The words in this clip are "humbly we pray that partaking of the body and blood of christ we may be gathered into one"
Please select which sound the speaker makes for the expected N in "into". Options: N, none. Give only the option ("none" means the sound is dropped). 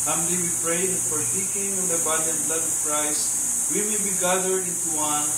N